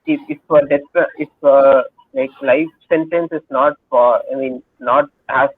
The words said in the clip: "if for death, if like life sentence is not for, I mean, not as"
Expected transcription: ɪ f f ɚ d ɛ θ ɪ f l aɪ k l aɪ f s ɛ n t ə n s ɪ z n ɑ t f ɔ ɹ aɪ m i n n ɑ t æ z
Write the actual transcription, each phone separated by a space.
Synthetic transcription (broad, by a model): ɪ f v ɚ d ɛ s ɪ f l aɪ k l aɪ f s ɛ n t ə n s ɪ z n ɑ t f ɔ ɹ aɪ m i n n ɑ t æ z